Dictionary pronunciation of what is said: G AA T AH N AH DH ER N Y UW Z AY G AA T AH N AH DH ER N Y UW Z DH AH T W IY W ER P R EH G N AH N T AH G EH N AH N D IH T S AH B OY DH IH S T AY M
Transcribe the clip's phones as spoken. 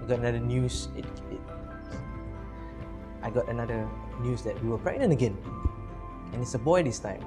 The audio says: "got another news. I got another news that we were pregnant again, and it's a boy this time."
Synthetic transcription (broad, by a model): G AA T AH N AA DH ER N Y UW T AY G AA T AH N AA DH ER N Y UW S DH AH T W IY W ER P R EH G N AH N AH G EH N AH N IH T S AH B OY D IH S T AY M